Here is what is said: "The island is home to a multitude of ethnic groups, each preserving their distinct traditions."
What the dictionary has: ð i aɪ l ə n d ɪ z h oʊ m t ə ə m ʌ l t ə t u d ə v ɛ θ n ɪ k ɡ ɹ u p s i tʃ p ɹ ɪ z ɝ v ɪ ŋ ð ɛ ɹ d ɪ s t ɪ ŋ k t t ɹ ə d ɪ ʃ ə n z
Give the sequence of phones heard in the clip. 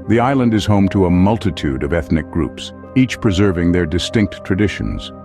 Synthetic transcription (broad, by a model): ð i aɪ l ə n d ɪ z h oʊ m t ə ə m ʌ l t ə t u d ə v ɛ θ n ɪ k ɡ ɹ u p s i tʃ p ɹ ɪ z ɝ v ɪ ŋ ð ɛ ɹ d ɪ s t ɪ ŋ k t t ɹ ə d ɪ ʃ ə n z